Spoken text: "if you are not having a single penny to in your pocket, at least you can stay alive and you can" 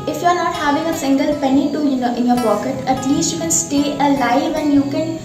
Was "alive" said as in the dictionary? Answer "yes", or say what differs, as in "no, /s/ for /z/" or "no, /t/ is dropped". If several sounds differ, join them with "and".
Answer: yes